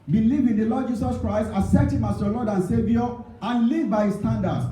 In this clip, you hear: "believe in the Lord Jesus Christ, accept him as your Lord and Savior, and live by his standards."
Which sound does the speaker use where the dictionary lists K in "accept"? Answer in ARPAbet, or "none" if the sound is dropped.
none